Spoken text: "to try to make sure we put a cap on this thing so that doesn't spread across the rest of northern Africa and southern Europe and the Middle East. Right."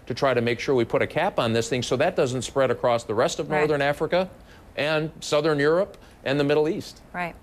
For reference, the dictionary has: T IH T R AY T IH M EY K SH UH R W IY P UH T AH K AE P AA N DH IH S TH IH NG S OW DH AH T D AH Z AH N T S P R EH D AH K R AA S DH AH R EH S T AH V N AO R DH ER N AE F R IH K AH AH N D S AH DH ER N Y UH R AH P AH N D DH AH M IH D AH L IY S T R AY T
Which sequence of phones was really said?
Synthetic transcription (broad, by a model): T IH T R AY T IH M EY K SH UH R W IY P UH T AH K AE P N DH IH S TH IH NG S OW DH AH T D AH Z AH N T S P R EH D AH K R AA S DH AH R EH S T AH V N AO R DH ER N AE F R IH K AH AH N S AH DH ER N Y UH R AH P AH N DH AH M IH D L IY S T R AY T